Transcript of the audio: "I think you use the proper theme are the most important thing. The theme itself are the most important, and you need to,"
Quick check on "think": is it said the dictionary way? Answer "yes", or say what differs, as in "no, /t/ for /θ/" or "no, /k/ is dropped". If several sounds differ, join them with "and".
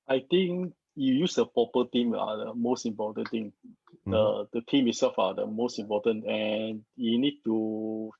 no, /t/ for /θ/